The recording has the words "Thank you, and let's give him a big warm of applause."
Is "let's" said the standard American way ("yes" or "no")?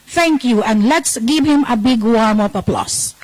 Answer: yes